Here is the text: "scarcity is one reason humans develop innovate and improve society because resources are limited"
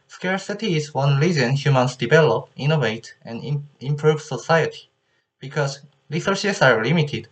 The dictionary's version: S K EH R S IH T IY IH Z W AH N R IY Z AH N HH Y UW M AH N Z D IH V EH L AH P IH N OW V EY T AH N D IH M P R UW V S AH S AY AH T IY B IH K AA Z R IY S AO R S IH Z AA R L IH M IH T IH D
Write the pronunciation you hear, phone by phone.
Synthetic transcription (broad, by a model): S K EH R S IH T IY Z W AH N L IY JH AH N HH Y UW M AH N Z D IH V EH L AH P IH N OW V EY T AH N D IH M P R UW V S AH S AY AH T IY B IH K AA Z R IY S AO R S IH S AA R L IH M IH T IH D